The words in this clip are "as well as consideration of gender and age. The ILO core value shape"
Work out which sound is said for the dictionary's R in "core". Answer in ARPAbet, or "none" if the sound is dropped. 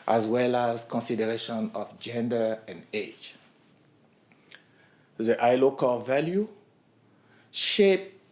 L